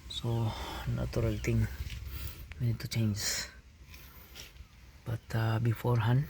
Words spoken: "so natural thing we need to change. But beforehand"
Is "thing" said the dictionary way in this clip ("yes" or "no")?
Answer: no